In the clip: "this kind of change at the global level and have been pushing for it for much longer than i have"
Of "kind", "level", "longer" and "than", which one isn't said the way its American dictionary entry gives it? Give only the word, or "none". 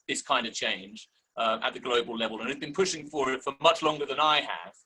none